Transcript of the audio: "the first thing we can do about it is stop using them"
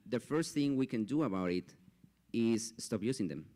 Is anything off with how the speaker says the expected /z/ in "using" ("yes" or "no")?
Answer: yes